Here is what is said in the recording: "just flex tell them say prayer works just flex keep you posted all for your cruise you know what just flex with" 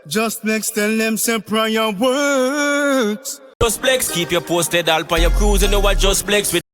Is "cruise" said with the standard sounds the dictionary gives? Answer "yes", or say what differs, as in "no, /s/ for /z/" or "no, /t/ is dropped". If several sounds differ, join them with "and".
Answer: yes